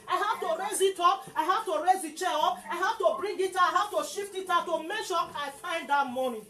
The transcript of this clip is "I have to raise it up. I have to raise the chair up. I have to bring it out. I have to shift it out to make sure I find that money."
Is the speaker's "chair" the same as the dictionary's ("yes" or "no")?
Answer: no